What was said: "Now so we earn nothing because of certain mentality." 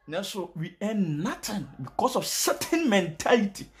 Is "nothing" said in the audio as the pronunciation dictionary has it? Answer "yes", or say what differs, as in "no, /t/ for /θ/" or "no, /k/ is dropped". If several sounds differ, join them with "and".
no, /t/ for /θ/